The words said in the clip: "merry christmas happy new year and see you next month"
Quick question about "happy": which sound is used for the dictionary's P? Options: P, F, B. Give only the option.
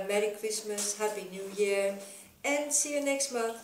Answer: B